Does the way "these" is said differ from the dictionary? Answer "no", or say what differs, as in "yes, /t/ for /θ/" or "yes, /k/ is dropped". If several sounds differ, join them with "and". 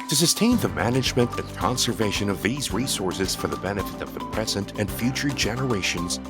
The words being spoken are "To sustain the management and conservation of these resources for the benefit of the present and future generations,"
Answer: no